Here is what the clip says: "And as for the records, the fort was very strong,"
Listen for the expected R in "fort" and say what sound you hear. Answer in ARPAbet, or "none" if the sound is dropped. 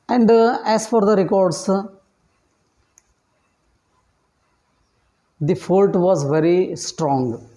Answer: L